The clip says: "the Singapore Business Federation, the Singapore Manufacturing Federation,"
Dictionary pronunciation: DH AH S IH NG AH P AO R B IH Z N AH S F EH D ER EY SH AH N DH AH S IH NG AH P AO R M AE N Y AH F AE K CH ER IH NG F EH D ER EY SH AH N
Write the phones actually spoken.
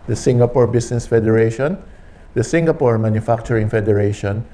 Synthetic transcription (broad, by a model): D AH S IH NG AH P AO R B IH S N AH S F EH D ER EY SH AH N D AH S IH NG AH P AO R M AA N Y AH F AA K CH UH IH NG F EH D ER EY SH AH N